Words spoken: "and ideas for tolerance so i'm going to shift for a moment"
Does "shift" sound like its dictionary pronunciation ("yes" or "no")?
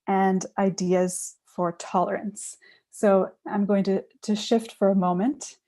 yes